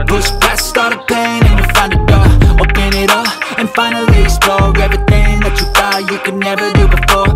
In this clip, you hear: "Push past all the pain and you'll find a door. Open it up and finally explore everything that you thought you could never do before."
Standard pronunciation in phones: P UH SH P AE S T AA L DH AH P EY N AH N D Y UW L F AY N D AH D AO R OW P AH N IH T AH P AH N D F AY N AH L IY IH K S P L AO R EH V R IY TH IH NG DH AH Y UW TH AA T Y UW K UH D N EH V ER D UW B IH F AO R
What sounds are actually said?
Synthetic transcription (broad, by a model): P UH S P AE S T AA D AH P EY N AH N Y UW F AY N D AH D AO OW B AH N IH T AH P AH N F AY N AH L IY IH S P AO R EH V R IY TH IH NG DH AH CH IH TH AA Y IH K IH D N EH V ER D UW B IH F AO R